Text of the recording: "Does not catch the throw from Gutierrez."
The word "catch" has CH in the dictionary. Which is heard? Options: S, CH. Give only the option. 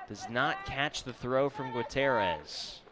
CH